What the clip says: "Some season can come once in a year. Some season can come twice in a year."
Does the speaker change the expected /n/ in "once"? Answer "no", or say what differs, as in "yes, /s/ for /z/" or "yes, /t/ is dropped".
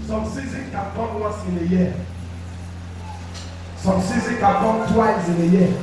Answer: yes, /n/ is dropped